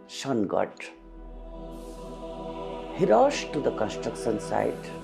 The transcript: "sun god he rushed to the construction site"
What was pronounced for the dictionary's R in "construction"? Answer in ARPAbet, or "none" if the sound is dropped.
R